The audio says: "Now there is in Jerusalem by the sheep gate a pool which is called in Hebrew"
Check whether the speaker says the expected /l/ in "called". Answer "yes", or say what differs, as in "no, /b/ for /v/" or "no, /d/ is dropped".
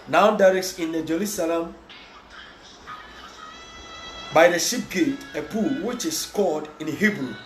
no, /l/ is dropped